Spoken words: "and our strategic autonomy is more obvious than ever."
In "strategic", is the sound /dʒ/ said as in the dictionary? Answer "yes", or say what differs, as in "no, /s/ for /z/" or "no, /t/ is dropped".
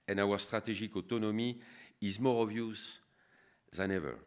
no, /ʒ/ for /dʒ/